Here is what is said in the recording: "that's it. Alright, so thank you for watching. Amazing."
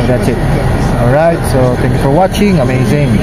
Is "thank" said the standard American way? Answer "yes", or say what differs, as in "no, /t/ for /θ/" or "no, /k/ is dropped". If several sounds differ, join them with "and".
no, /t/ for /θ/